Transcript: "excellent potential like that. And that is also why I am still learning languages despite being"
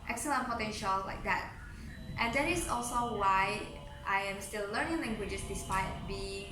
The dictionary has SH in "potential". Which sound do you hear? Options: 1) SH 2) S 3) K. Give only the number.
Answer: 1